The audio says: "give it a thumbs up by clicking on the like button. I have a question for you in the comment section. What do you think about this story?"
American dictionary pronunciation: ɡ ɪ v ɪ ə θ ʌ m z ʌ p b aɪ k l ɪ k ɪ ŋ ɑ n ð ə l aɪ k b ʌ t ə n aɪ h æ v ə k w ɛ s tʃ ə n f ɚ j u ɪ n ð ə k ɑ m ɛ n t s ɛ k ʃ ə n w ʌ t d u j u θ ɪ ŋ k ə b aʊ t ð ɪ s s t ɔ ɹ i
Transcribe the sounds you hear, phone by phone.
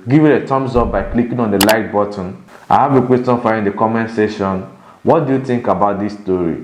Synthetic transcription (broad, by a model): ɡ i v ɪ ə t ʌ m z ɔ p b aɪ k l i k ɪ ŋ ɑ n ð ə l aɪ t b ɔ t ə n aɪ h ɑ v ə k w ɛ s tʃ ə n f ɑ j ɪ n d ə k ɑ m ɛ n s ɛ ʃ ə n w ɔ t d u j u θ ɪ ŋ k ə b aʊ t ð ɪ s s t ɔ ɹ i